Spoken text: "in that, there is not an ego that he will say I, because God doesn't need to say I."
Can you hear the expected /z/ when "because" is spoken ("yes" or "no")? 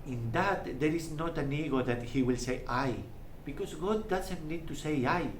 no